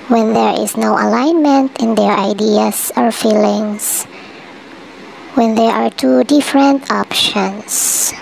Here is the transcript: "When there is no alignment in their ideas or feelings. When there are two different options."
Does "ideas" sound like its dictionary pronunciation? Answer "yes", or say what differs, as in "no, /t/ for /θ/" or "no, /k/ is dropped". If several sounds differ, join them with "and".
no, /s/ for /z/